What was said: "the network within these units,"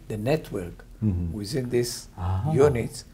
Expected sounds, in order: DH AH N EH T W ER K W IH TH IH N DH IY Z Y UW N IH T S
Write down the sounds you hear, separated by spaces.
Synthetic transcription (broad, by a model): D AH N EH T W ER K W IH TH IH N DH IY S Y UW N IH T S